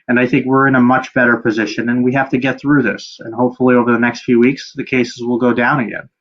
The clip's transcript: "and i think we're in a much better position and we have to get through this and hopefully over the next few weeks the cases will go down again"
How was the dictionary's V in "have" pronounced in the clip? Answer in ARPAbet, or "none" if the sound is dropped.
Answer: F